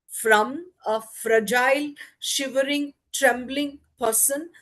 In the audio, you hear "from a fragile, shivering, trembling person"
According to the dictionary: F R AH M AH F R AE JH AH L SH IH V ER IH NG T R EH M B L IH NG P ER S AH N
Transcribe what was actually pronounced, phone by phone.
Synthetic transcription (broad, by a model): F R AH M AH F R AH JH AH L SH IH V ER IH NG T R EH M B L IH NG P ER S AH N